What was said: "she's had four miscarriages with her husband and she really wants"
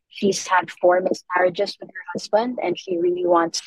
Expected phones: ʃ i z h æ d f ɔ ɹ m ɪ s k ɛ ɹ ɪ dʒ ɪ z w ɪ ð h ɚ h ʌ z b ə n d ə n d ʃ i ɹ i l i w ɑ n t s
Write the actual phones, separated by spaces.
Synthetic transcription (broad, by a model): ʃ i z h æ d f ɔ ɹ m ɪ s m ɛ ɹ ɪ dʒ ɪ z w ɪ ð h ɚ h ʌ z b ə n d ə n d ʃ i ɹ i l i w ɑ n t s